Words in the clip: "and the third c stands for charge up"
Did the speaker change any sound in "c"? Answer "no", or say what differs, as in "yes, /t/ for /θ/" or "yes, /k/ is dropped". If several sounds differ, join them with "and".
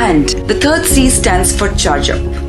no